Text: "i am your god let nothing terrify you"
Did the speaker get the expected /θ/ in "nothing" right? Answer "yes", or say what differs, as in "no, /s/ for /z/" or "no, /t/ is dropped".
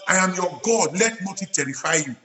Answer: no, /t/ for /θ/